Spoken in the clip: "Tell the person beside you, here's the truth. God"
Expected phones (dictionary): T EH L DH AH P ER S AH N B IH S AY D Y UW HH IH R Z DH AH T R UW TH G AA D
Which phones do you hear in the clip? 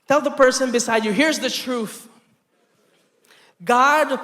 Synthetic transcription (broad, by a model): T EH L DH AH P ER S AH N B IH S AY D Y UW HH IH R Z DH AH T R UW TH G AA D